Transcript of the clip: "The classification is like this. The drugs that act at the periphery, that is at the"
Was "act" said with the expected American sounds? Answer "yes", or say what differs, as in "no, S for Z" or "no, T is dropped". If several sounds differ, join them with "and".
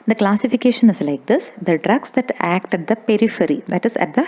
yes